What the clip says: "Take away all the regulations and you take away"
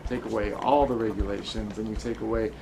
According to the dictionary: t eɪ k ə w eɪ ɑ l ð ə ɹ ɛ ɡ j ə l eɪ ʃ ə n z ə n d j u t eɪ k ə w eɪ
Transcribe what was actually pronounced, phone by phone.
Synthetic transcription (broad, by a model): t eɪ k ə w eɪ ɑ l ð ə ɹ ɛ ɡ j ə l eɪ ʃ ə n z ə n j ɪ t eɪ k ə w eɪ